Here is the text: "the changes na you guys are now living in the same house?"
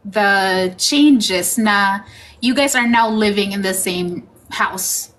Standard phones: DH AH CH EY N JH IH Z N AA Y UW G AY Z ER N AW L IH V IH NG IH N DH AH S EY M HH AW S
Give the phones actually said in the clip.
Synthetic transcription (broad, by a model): DH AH CH EY N JH IH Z N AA Y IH G AY Z ER N AW L IH V IH NG IH N DH AH S EY M HH AW S